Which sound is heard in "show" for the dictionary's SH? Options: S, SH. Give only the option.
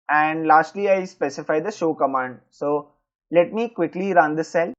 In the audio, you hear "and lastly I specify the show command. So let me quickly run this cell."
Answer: SH